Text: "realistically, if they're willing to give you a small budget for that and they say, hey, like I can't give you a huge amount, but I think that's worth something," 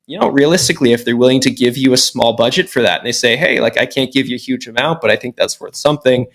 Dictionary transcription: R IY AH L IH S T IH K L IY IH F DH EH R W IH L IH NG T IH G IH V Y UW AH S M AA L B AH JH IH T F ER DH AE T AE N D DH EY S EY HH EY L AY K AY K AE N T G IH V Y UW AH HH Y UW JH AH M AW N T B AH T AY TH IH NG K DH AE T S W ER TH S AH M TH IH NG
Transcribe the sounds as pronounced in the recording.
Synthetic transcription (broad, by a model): R IY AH L IH S T IH K L IY IH F DH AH R W IH L IH NG T IH G IH V Y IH AH S M AA L B AH JH IH T F ER DH AE T N DH EY S EY HH EY L AY K AY K AE N G IH V Y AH HH Y UW JH AH M AW N T B AH T AY TH IH NG K DH AE T S W ER TH S AH M TH IH NG